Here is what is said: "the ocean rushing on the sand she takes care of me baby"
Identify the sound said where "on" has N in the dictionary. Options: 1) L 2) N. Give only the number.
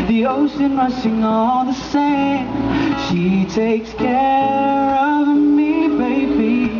1